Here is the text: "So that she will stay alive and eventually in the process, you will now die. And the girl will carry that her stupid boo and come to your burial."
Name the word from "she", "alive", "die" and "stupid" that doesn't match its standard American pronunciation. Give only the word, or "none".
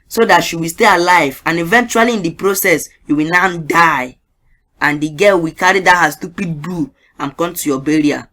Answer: none